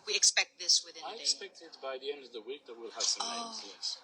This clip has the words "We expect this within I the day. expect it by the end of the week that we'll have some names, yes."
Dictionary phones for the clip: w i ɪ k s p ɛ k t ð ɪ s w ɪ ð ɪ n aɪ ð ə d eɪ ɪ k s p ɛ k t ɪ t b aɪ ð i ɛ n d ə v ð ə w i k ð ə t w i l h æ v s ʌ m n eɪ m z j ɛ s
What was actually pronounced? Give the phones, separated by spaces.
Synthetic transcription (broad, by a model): w i ɪ k s p ɛ k t ð ɪ s w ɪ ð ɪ aɪ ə ɪ k s p ɛ k t ɪ t b aɪ ð i ɛ n d ə v ð ə w i k ð ə t w i l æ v s ʌ m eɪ z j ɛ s